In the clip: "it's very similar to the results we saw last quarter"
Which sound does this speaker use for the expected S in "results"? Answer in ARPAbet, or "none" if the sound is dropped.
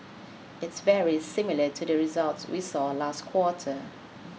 S